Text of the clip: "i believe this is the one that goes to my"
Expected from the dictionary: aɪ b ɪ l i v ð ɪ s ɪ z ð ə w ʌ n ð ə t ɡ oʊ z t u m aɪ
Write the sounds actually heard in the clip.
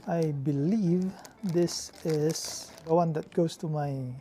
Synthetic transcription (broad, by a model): aɪ b ɪ l i v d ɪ s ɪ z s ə w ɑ n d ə t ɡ oʊ s t u m aɪ